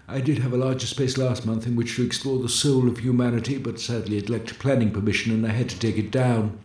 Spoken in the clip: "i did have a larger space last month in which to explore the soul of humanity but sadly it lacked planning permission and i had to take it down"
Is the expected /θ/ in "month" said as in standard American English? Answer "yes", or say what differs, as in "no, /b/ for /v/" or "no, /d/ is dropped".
yes